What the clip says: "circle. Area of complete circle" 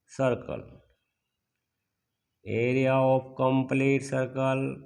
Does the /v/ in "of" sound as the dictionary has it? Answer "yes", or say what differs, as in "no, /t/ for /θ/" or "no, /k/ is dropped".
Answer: no, /p/ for /v/